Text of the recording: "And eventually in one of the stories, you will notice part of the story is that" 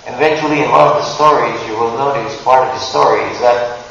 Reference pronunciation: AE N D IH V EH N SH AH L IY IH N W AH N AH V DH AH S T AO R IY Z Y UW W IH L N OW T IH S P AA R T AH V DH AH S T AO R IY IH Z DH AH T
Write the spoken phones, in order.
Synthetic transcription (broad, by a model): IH V EH N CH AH L IY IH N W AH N AH V DH AH S T AO R IY Z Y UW W IH L N OW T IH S P AA R T AH V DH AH S T AO R IY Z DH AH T